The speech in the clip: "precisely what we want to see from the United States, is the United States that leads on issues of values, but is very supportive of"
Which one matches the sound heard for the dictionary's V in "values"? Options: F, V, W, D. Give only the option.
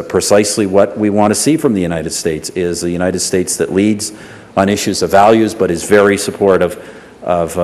V